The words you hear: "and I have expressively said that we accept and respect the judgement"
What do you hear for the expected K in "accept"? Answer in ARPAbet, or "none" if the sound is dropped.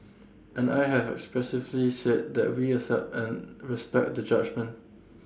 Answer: none